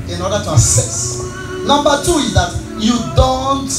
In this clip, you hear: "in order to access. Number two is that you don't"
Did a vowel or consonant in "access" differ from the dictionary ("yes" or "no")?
yes